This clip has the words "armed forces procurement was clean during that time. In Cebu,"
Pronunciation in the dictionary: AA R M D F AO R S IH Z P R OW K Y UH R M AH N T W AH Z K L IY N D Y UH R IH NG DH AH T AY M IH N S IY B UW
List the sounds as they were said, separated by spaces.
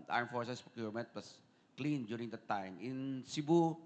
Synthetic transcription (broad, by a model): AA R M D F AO R S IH S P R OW K Y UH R M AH N T W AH S K L IY N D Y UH R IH NG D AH T AY M IH N S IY B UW